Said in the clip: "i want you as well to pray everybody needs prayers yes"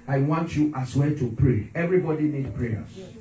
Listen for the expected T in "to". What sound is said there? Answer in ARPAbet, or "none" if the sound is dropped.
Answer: T